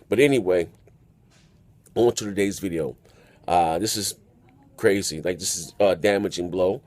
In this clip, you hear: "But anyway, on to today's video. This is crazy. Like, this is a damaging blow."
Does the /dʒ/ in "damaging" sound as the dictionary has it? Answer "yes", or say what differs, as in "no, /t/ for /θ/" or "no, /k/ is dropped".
yes